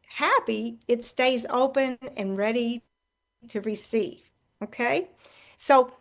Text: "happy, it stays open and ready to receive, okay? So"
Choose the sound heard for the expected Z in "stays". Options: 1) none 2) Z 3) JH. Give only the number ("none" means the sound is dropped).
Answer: 2